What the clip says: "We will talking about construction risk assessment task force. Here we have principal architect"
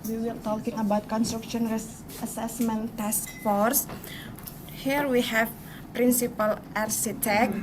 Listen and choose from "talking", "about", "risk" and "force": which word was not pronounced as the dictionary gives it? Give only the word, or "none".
risk